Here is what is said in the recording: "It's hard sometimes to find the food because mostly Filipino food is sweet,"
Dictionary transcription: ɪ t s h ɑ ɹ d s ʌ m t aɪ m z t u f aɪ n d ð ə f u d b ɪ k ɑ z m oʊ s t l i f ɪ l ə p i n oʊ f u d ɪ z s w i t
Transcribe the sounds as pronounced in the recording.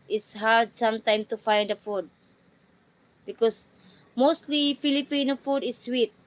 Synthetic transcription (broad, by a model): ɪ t s h ɑ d s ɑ m t aɪ m t u f aɪ n d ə f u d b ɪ k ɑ s m oʊ s t l i f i l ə p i n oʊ f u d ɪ s w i t